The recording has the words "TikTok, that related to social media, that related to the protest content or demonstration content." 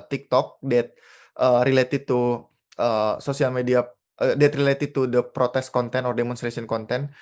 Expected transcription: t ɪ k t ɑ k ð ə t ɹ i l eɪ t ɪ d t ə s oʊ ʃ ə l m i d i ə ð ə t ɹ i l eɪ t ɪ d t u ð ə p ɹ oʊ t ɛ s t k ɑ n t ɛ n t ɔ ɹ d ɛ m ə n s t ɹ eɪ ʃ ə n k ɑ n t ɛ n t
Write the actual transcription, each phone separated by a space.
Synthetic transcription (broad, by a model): t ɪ k t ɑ k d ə t ɹ i l eɪ t ɪ d t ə s oʊ s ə l m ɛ d i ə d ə t ɹ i l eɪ t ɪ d t u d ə p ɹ oʊ t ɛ s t k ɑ n t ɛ n ɔ ɹ d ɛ m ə n s t ɹ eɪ s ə n k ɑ n t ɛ n